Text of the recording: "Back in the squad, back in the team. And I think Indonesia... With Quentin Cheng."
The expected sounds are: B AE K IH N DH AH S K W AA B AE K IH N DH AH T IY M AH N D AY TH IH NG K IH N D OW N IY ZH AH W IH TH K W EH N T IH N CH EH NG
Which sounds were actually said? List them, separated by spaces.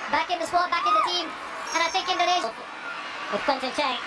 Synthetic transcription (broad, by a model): B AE K IH N DH AH S W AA B AE K IH N DH AH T IY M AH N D AY T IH K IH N D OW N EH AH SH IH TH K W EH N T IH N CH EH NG